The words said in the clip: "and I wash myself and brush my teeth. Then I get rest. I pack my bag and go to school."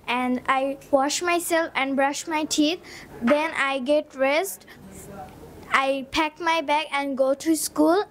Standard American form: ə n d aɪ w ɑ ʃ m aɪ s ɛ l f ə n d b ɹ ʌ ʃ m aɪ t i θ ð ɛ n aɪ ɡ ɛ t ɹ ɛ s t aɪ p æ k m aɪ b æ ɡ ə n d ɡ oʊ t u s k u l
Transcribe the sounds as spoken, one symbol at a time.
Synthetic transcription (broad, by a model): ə n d aɪ w ɑ ʃ m aɪ s ɛ l f ə n d b ɹ ʌ ʃ m aɪ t i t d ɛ n aɪ ɡ ɛ t ɹ ɛ s t aɪ p æ k m aɪ b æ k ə n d ɡ oʊ t u s k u l